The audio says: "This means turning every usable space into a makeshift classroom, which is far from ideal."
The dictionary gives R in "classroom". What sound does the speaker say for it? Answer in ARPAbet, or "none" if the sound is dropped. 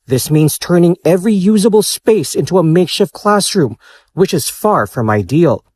R